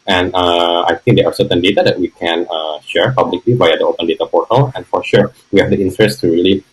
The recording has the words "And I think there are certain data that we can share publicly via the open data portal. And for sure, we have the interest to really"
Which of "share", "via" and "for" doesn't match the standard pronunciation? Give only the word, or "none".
via